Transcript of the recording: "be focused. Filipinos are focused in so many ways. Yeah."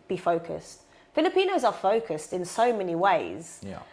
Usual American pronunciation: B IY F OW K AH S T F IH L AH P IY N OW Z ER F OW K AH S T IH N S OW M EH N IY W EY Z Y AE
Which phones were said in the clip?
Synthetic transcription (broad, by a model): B IY F OW K AH S T F IH L AH P IY N OW Z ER F OW K AH S T IH N S OW M EH N IY W EY Z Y